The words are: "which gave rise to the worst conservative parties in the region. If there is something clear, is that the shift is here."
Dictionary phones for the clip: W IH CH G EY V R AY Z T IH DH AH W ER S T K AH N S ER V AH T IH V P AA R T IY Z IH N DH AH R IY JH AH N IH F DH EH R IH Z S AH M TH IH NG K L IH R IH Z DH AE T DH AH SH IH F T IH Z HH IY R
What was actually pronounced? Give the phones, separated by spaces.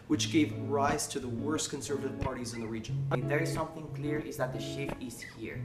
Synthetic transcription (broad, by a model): W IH CH G EY V R AY Z T IH DH AH W ER S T K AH N S ER V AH T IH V P AA R T IY Z IH N DH AH R IY JH AH N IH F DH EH R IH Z S AH M TH IH NG K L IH R IH Z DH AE T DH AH SH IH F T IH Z HH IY R